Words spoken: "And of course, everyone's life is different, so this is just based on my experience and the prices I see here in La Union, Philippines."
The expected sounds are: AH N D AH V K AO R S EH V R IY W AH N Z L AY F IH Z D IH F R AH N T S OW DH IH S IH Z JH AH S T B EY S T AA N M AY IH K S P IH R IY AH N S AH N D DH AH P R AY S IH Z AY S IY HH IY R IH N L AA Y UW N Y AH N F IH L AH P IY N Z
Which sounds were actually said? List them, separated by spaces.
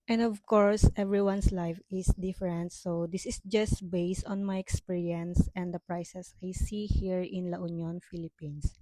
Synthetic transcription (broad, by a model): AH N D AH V K AO R S EH V R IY W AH N S L AY F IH S D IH F R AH N T S OW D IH S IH S JH AH S T B EY S T AA N M AY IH K S P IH R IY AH N S AH N D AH P R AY S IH S AY S IY HH IY R IH N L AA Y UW N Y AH N F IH L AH P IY N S